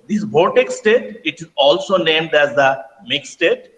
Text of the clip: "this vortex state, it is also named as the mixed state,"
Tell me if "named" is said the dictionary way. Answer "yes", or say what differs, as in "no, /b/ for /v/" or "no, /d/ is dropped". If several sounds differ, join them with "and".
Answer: yes